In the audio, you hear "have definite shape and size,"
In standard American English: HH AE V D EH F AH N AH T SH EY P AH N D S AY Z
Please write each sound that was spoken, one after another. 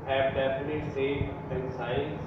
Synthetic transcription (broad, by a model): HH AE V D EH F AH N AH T S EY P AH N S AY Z